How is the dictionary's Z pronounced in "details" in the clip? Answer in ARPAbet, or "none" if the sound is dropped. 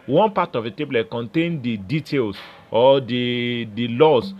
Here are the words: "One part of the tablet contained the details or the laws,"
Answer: S